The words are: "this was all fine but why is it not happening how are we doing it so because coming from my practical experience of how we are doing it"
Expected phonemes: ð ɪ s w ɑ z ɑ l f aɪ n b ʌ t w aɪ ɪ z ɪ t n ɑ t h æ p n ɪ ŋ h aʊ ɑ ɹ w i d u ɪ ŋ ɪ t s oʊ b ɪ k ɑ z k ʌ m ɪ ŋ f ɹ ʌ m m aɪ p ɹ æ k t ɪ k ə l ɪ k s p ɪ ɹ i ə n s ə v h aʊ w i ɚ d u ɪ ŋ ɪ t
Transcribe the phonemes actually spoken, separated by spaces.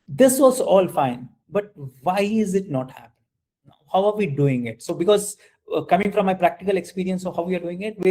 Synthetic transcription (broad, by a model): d ɪ s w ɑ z ɑ l f aɪ n b ʌ t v aɪ ɪ z ɪ t n ɑ t h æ p ɪ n h aʊ ɑ ɹ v i d u ɪ ŋ ɪ t s oʊ b ɪ k ɑ z k ʌ m ɪ ŋ f ɹ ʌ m m aɪ p ɹ æ k t ɪ k ə l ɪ k s p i ɹ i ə n s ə h aʊ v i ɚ d u ɪ ŋ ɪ t